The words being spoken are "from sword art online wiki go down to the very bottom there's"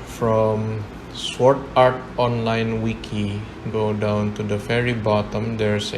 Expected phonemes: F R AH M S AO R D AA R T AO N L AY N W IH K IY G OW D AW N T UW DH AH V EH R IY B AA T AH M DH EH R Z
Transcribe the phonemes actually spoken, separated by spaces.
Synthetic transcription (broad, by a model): F R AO M S AO R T AA R T AO N L AY N W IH K IY G OW D AW N T UW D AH F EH R IY B AA T AH M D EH R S